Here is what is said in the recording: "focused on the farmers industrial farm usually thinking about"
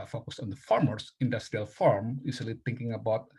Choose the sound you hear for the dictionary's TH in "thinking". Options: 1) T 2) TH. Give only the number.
1